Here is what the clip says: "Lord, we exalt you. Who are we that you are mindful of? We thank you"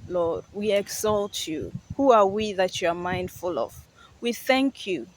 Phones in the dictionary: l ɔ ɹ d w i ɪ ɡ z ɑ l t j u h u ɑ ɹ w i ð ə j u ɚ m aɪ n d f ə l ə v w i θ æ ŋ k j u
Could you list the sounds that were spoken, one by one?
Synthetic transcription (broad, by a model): l ɔ ɹ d w i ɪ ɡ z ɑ l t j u h u ɑ ɹ w i ð ə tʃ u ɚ m aɪ n d f ə l ə v w i θ æ ŋ k j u